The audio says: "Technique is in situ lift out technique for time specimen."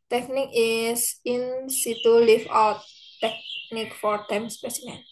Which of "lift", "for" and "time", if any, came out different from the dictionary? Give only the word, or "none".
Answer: lift